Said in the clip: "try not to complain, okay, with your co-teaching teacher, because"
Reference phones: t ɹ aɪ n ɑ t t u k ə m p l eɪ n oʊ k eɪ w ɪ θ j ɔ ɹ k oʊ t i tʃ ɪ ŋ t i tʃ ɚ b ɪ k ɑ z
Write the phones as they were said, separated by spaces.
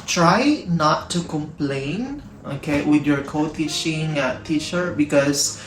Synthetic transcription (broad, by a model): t ɹ aɪ n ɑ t t u k ə m p l eɪ n oʊ k eɪ w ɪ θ j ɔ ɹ k oʊ t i ʃ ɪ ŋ t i ʃ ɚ b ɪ k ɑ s